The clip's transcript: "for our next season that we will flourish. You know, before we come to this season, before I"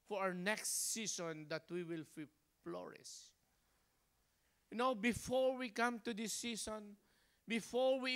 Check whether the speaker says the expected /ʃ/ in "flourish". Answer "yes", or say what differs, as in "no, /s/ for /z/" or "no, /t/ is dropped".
no, /s/ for /ʃ/